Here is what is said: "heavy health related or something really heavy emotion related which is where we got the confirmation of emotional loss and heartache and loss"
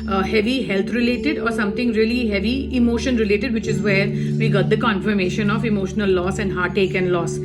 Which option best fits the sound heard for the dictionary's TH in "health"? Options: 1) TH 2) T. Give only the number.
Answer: 2